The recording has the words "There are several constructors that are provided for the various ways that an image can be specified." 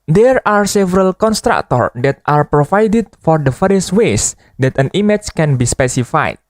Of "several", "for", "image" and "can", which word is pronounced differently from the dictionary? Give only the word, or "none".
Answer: image